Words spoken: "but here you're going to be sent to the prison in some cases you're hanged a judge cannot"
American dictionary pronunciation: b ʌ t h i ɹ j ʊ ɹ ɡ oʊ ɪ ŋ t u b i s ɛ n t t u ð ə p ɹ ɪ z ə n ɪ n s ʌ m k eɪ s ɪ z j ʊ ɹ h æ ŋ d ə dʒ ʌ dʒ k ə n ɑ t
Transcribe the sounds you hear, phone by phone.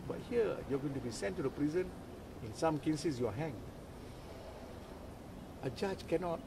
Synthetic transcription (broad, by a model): b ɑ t h i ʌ j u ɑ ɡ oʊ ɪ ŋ t u b i s ɛ n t t u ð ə p ɹ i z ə n ɪ n s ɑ m k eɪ s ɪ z j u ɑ h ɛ ŋ ə dʒ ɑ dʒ k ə n ɑ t